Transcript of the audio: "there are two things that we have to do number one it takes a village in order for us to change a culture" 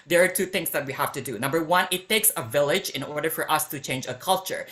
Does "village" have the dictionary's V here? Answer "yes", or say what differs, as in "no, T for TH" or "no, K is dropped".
yes